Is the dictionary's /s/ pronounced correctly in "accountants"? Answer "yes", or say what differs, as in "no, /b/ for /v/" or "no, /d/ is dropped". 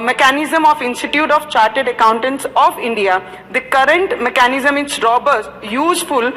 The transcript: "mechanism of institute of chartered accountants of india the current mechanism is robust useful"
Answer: yes